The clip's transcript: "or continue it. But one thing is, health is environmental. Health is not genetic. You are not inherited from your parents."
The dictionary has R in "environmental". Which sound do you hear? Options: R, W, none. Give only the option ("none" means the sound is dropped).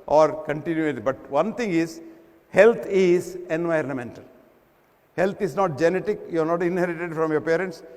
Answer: R